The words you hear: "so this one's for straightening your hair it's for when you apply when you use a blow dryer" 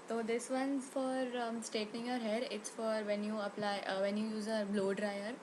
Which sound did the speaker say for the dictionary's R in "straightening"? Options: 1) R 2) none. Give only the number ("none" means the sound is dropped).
2